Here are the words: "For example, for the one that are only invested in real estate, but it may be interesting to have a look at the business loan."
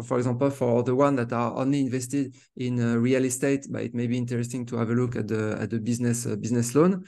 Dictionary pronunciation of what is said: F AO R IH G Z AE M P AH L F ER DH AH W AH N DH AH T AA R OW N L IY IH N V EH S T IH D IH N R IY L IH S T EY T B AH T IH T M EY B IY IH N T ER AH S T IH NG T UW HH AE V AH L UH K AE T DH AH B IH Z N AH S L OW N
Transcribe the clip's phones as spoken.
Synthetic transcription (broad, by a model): F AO R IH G Z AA P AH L F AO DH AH W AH N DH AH T AA R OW N L IY IH N V EH S T IH D IH N R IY L IH S T EY T B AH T IH T M EY B IY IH N T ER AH S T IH NG T UW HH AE V AH L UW K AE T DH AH B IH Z N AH S L OW N